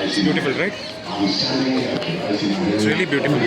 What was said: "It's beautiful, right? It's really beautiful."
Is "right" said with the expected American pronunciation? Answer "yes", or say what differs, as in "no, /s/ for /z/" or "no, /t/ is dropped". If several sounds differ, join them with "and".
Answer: no, /t/ is dropped